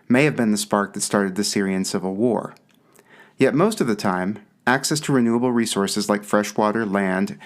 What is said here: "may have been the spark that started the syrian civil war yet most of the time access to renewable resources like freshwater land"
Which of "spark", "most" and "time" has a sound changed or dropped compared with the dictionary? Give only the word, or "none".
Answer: none